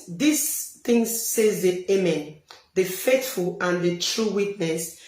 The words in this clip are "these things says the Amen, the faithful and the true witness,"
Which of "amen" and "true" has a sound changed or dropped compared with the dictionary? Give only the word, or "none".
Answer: none